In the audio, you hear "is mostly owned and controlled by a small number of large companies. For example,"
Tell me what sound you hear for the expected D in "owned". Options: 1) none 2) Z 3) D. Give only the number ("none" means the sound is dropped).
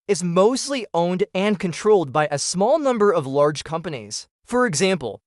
3